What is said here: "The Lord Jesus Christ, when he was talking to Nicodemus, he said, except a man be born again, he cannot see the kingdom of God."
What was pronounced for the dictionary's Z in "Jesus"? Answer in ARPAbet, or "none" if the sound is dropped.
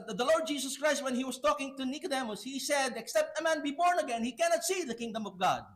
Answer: S